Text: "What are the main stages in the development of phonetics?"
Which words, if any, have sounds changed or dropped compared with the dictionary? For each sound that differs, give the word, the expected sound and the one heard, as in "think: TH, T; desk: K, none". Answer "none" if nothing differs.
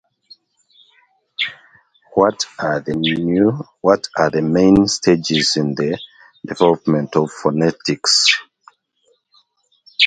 are: R, W